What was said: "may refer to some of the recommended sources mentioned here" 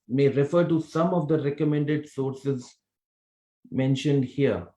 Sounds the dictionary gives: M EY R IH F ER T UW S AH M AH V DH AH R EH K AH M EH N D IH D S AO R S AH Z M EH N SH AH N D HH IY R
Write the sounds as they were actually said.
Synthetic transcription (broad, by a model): M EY R IH F ER T UW S AH M AH V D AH R EH K AH M EH N D IH D S AO R S AH Z M EH N SH AH N D HH IY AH